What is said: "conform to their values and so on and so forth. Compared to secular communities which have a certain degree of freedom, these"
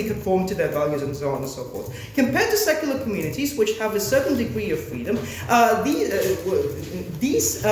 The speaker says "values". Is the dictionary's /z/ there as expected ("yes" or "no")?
yes